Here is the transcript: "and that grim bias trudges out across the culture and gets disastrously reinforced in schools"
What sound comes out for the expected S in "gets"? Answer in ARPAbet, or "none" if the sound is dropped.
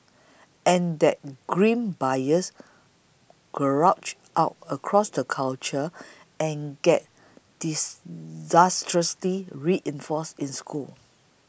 none